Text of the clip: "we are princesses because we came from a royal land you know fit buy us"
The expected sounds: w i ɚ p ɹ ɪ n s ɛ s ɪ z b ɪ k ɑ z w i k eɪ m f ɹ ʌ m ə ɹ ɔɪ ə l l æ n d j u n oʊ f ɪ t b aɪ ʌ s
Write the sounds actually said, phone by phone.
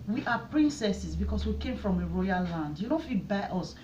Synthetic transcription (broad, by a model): w i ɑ p ɹ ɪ n s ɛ s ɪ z b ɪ k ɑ s w i k eɪ m f ɹ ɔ m ə ɹ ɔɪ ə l l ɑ n d j u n oʊ f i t b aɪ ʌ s